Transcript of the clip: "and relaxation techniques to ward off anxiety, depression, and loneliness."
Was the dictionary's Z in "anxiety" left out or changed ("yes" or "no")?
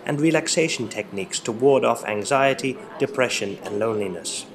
no